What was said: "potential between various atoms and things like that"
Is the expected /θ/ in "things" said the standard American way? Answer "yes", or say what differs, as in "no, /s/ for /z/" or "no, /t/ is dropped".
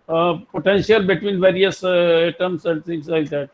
no, /t/ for /θ/